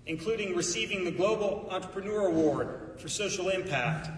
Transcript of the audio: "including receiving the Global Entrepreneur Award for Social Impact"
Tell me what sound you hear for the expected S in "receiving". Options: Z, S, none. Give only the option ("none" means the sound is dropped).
S